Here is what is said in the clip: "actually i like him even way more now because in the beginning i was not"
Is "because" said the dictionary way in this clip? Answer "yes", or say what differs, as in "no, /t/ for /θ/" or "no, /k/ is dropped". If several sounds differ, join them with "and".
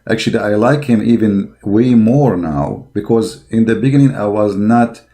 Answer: yes